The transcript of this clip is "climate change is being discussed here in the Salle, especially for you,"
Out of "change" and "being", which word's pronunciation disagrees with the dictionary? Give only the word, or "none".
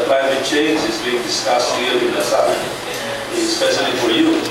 none